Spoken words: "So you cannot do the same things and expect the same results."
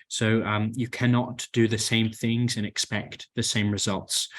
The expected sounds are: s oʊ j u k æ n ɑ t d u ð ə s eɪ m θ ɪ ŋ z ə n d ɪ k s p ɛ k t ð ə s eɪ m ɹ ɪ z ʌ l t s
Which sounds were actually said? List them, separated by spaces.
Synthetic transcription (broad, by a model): s oʊ j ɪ k æ n ɑ t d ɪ ð ə s eɪ m θ ɪ ŋ z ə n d ɪ k s p ɛ k t ð ə s eɪ m ɹ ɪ z ʌ l t s